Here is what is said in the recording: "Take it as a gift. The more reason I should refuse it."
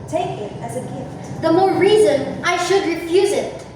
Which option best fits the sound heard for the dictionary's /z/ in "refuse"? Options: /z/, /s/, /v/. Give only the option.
/z/